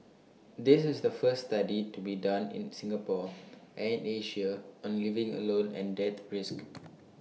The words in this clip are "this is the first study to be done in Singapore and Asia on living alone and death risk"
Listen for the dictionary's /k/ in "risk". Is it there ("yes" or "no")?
yes